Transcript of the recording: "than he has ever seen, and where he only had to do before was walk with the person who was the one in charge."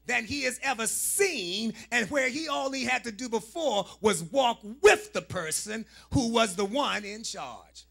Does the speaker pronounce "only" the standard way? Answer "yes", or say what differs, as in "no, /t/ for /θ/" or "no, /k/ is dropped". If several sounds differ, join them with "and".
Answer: no, /n/ is dropped